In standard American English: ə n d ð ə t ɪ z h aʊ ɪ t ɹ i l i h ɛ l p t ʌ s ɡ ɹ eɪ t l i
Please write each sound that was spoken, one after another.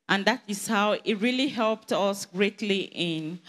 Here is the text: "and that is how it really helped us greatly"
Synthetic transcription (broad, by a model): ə n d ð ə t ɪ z h aʊ ɪ t ɹ i l i h ɛ l p t ʌ s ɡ ɹ eɪ t l i